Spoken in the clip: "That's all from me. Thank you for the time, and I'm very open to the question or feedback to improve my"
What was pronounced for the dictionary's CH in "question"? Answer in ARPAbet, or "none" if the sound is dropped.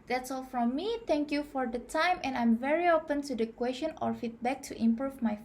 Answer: SH